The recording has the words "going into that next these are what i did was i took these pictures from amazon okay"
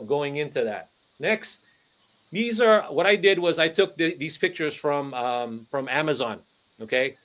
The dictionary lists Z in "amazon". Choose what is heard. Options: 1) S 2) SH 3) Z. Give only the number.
3